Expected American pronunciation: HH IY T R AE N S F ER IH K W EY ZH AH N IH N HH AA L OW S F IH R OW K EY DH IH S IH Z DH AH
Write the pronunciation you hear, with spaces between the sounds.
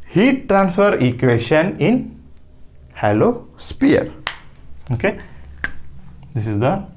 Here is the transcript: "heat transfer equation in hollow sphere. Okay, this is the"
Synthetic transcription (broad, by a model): HH IY T R AE N S F ER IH K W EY SH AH N IH N HH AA L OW S P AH R OW K EY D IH S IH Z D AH